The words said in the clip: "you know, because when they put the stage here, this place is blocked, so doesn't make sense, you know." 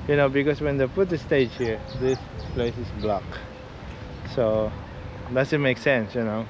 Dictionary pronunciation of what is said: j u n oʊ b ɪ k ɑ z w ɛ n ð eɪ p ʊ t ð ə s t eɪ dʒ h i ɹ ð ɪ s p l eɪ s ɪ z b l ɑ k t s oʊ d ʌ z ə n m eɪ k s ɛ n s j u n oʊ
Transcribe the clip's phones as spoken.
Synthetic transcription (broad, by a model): j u n oʊ b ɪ k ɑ s w ɛ n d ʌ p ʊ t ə s t eɪ dʒ h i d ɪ s p l eɪ s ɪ s b l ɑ k s oʊ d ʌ s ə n m eɪ k s ɛ n s j u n oʊ